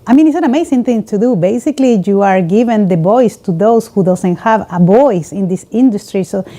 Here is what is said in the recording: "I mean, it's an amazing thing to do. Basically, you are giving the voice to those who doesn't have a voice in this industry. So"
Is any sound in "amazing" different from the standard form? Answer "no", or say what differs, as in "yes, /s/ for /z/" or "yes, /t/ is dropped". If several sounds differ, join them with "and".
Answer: yes, /s/ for /z/